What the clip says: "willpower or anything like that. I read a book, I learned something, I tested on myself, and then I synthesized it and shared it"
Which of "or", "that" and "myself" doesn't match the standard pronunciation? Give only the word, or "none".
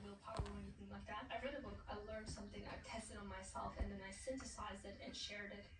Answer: or